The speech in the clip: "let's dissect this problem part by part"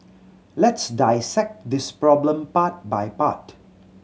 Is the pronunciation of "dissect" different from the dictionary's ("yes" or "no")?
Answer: no